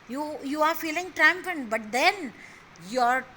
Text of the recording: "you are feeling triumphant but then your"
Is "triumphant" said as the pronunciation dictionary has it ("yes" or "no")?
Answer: no